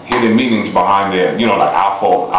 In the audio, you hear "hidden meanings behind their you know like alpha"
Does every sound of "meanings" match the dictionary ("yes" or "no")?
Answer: yes